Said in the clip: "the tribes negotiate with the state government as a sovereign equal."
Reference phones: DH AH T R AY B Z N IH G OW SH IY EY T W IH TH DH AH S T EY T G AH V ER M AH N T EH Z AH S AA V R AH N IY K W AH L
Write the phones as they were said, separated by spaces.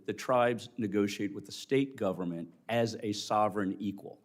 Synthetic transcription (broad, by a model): DH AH T R AY B Z N IH G OW SH IY EY T W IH DH AH S T EY T G AH V ER M AH N T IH Z AH S AA V R AH N IY K W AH L